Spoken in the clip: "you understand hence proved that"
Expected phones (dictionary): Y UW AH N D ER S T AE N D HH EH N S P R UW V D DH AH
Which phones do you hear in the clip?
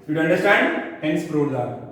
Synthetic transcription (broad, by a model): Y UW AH N D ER S T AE N D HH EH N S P R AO D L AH